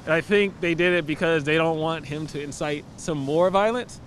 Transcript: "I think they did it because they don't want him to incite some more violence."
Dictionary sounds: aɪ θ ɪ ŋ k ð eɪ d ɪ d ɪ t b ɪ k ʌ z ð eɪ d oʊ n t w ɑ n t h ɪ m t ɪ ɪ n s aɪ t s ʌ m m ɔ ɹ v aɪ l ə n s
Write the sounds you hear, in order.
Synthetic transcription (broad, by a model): aɪ θ ɪ ŋ k ð eɪ d ɪ d ɪ t b ɪ k ʌ z ð eɪ d oʊ n t w ɑ n t h ɪ m t ɪ ɪ n s aɪ t s ʌ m m ɔ ɹ v aɪ l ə n s